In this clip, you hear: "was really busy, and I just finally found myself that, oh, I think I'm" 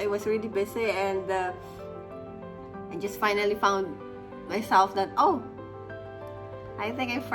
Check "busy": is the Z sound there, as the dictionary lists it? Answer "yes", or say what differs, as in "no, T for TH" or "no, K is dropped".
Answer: no, S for Z